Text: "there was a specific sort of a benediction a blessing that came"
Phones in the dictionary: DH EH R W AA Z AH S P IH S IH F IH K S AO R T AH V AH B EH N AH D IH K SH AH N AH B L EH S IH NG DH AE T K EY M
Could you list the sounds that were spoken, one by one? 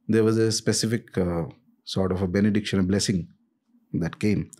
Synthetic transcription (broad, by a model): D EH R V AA Z AH S P IH S IH F IH K S AO R T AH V AH B EH N AH D IH K SH AH N AH B L EH S IH NG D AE T K EY M